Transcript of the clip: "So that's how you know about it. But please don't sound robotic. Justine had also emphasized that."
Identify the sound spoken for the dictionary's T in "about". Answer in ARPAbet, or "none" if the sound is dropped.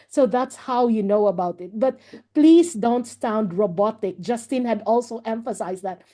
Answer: T